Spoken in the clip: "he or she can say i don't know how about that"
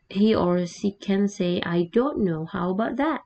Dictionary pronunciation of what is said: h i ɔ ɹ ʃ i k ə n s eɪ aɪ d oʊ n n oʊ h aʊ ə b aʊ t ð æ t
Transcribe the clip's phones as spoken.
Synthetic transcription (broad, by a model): h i ɔ ɹ s i k ə n s eɪ aɪ d oʊ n n oʊ h aʊ ə b aʊ t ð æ t